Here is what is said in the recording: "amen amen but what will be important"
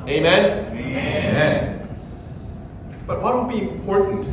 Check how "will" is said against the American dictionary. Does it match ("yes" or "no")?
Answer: no